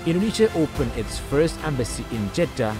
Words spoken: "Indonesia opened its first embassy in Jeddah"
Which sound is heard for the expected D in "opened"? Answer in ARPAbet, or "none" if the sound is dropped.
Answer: none